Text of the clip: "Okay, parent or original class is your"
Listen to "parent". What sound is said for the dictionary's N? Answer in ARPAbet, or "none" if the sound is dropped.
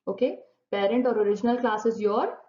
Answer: N